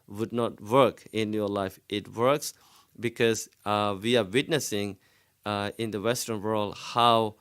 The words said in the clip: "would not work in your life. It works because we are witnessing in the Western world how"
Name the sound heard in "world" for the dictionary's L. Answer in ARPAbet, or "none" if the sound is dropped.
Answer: L